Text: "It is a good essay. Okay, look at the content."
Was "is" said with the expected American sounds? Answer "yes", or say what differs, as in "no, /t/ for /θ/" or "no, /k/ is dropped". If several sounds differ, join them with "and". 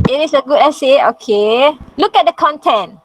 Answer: no, /s/ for /z/